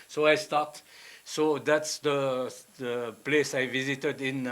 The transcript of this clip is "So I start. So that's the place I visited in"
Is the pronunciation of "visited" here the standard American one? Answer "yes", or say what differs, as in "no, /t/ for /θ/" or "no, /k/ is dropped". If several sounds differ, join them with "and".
yes